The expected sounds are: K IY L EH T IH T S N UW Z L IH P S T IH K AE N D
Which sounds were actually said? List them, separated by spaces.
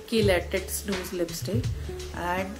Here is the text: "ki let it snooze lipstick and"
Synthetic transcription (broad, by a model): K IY L EH T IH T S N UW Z L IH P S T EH AE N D